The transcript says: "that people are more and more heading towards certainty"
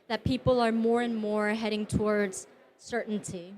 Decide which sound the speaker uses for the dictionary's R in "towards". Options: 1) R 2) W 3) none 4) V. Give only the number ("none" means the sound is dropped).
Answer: 1